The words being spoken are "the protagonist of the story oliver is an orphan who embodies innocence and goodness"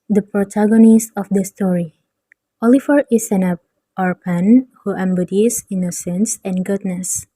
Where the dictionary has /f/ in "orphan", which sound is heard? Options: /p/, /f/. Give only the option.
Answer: /p/